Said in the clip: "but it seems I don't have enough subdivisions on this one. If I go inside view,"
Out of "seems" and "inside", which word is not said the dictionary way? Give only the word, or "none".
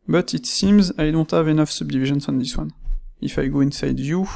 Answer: none